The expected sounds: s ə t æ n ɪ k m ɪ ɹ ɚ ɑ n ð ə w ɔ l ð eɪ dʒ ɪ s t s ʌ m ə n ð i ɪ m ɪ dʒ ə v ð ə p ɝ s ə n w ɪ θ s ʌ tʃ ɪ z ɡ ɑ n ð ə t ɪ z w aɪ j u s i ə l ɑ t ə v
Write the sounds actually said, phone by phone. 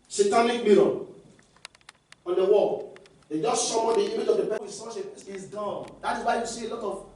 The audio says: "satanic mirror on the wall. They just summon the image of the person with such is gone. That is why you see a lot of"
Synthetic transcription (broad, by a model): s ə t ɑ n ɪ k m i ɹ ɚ ɑ n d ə w ɔ l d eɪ dʒ ɪ s t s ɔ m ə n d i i m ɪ dʒ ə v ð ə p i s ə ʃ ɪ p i s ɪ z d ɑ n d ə t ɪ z w aɪ j u s i ə l ɑ t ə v